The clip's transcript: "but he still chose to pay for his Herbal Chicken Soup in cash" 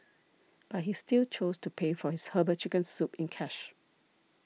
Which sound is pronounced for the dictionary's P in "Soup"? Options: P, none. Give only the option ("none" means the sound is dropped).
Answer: P